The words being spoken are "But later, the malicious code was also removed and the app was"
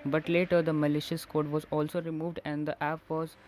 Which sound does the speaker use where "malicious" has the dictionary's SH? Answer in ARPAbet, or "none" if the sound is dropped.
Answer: SH